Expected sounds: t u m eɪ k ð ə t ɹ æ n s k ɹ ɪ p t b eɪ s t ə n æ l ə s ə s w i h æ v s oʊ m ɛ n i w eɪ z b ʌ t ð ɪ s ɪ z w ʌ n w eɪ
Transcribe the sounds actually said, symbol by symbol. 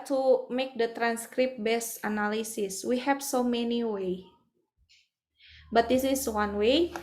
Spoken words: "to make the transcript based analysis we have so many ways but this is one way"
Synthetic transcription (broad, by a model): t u m eɪ k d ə t ɹ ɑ n s k ɹ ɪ p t b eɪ s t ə n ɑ l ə s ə s w i h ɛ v s oʊ m ɛ n i w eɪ b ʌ t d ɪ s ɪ s w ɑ n w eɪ